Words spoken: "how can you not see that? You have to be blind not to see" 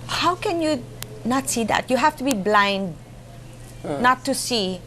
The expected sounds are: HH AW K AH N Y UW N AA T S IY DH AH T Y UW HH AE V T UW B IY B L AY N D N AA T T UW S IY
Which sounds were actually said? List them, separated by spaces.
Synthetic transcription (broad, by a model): HH AW K AH N Y UW N AA T S IY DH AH T Y UW HH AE F T UW B IY B L AY N D N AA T T UW S IY